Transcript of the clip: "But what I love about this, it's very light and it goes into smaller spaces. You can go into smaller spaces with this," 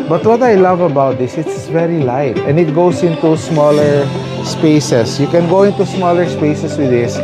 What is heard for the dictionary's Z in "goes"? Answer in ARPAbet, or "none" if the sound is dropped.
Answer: S